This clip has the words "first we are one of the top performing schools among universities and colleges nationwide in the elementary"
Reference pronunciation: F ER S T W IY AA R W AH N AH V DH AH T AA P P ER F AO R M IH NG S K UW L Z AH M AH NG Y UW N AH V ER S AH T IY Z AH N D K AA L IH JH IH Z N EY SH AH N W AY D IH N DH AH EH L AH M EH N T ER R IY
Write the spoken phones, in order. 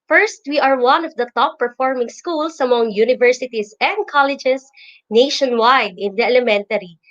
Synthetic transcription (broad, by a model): F ER S T W IY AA R W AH N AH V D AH T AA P P ER F AO R M IH NG S K UW L S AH M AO NG Y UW N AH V ER S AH T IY S AH N D K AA L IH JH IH S N EY SH AH N W AY D IH N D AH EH L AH M EH N T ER R IY